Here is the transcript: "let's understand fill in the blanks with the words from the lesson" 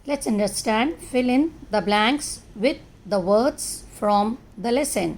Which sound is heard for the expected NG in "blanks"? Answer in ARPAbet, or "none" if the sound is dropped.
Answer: NG